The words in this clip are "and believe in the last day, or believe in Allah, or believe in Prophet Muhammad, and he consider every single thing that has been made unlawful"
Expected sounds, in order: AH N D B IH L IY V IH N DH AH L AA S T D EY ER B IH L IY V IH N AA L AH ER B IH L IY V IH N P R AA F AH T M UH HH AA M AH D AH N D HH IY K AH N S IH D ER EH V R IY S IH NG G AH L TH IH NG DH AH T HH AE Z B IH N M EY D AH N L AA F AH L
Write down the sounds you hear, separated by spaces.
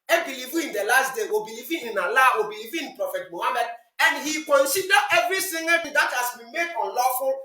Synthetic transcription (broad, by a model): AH B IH L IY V IH N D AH L AA S T D EY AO B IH L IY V IH N AA L AH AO B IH L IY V IH N P R AA F AH T M UH HH AA M AH D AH N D HH IY K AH N S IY D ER EH V R IY TH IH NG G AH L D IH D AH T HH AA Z B IH N M EY D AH N L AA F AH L